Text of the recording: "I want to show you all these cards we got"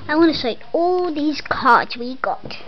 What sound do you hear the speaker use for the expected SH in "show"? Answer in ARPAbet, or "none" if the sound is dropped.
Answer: S